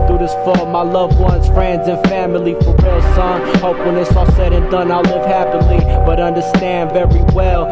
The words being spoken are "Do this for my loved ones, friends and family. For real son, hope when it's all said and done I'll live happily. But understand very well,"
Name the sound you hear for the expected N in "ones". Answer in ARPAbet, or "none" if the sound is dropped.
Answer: N